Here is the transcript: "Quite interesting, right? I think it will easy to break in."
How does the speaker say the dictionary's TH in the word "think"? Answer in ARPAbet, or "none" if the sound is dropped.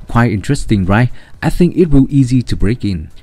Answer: TH